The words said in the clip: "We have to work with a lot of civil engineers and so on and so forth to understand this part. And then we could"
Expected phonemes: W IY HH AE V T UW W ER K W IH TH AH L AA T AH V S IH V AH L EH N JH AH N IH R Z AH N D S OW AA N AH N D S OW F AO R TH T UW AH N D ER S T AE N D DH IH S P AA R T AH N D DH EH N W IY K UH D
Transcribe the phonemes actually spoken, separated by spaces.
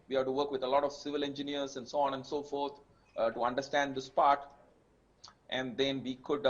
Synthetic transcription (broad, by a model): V IY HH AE T UW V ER K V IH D AH L AA T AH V S IH V AH L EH N JH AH N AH R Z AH N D S OW AA N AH N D S OW F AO R T T UW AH N D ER S T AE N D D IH S P AA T T AH N D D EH N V IY K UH D